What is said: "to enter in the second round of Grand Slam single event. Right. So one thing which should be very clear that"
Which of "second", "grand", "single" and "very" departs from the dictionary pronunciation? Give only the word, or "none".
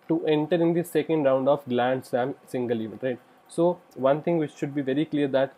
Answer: grand